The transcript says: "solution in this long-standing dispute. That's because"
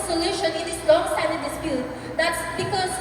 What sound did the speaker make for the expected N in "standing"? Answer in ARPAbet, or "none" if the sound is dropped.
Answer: none